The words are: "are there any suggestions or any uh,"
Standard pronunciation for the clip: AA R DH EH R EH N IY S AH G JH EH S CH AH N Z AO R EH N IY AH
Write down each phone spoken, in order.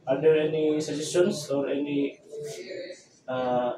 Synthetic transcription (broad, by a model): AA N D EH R EH N IY S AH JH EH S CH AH N S AO R EH N IY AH